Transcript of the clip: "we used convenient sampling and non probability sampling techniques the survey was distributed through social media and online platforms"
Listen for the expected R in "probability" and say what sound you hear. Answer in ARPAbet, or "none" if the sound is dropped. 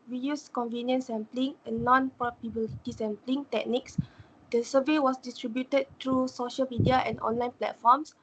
none